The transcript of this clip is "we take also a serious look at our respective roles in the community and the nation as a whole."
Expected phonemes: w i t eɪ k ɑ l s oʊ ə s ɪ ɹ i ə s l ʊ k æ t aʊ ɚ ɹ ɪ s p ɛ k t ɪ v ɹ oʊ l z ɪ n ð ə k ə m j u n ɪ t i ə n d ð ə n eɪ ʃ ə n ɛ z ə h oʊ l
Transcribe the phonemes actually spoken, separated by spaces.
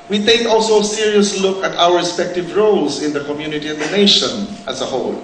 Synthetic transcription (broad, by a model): w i t eɪ k ɑ l s oʊ ə s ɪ ɹ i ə s l ʊ k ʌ t aʊ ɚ ɹ ɪ s p ɛ k t ɪ v ɹ oʊ l s ɪ n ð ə k ə m j u n ɪ t i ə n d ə n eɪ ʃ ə n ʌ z ə h oʊ l